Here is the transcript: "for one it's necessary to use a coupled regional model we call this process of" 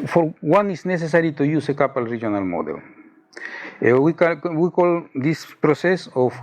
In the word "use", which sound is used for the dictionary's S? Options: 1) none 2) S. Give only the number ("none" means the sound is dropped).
2